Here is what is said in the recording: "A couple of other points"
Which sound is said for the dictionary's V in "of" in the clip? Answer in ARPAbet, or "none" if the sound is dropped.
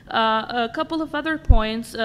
V